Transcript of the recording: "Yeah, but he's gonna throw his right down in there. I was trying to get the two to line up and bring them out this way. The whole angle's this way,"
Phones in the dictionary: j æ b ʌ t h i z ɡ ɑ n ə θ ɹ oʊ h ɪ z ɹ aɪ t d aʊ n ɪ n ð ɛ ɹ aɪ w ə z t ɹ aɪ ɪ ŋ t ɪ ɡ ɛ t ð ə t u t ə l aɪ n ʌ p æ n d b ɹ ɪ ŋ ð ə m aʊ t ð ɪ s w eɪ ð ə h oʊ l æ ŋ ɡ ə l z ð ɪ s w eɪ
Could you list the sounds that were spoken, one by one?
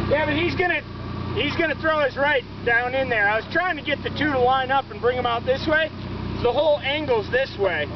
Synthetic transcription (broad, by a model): j æ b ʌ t h i z ɡ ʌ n ə θ ɹ oʊ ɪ z ɹ aɪ t d aʊ n ɪ n ð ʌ ɹ aɪ w ə z t ɹ aɪ ɪ ŋ t ɪ ɡ ɛ t ð ə t u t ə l aɪ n ʌ p n b ɹ ɪ ŋ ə m aʊ t ð ɪ s w eɪ ð ə h oʊ l æ ŋ ɡ l z ð ɪ s w eɪ